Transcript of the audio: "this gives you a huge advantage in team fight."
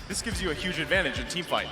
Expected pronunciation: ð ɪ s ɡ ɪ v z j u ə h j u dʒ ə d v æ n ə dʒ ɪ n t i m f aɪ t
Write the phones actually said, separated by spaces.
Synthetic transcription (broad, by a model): ð ɪ s ɡ ɪ v z j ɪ ə h j u dʒ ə d v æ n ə dʒ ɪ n t i m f aɪ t